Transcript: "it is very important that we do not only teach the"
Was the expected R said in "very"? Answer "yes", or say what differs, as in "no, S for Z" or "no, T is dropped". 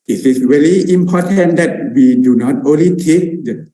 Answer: no, L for R